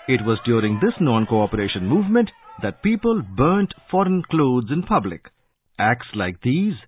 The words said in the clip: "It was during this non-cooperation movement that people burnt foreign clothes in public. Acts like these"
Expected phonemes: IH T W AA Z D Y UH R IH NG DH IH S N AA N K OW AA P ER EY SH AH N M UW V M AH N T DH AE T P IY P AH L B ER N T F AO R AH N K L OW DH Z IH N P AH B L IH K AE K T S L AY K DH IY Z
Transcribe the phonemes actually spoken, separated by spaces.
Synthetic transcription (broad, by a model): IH T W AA Z D Y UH R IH NG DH IH S N AA N K OW AA P ER EY SH AH N M UW V M AH N T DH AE T P IY P AH L B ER N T F AO R AH N K L OW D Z IH N P AH B L IH K AE K T S L AY K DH IY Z